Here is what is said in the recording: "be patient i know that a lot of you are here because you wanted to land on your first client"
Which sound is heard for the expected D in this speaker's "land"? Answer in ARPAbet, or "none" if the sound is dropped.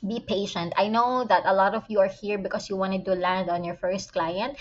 D